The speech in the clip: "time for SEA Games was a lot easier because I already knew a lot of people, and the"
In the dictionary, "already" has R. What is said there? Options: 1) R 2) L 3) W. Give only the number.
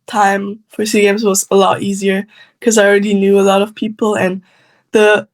1